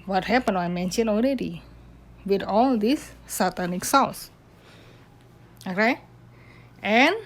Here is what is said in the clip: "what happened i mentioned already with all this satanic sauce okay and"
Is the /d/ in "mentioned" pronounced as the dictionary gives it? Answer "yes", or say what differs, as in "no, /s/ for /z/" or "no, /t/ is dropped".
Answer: no, /d/ is dropped